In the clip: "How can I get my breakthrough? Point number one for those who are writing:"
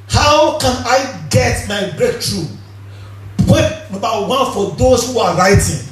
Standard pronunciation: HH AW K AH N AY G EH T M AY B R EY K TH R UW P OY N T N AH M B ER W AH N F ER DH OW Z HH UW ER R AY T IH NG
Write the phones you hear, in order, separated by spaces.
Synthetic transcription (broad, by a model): HH AW K AH N AY G EH T M AY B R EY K T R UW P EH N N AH B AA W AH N F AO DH OW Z HH UW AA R AY T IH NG